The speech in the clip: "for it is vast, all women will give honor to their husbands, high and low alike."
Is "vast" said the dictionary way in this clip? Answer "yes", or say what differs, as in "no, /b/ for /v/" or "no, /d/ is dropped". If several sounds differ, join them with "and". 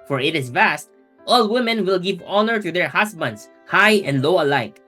yes